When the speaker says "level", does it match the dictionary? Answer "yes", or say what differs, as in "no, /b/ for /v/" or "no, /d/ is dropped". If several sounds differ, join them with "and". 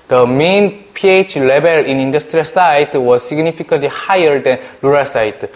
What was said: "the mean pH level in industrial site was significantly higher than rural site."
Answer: no, /b/ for /v/